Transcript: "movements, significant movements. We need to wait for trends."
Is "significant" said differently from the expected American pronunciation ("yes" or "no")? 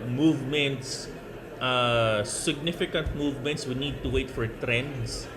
no